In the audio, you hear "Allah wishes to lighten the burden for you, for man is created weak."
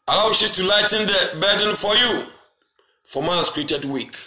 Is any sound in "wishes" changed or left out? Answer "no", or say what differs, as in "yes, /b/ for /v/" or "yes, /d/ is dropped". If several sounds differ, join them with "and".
yes, /z/ is dropped